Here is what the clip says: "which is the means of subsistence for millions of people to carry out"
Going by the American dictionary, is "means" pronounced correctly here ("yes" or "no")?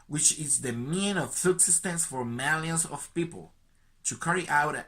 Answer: no